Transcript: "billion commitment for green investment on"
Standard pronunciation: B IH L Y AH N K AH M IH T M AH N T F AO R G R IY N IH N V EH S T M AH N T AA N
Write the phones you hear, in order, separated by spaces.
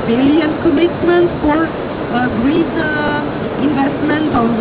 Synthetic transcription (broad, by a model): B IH L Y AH N K AH M IH T M AH N T F AO R G R IY N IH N V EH S T M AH N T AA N